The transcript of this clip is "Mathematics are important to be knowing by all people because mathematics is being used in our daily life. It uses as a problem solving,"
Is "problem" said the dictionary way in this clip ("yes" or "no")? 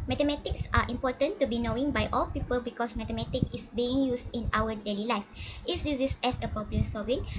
no